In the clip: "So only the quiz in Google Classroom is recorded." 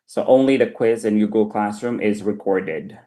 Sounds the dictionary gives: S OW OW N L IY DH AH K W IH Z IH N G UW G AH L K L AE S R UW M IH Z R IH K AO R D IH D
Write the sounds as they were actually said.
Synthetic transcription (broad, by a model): S OW OW N L IY DH AH K W IH Z IH N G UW G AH L K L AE S R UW M IH Z R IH K AO R D IH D